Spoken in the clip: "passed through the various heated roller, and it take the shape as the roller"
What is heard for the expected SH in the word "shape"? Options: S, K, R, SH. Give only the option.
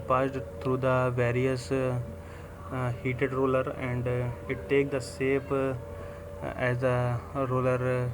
S